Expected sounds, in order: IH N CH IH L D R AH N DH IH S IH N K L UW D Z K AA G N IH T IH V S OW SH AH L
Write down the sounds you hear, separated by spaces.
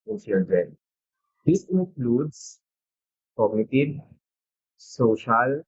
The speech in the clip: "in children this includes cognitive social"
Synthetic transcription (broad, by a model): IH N S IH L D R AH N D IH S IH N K L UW D S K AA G N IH T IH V S OW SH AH L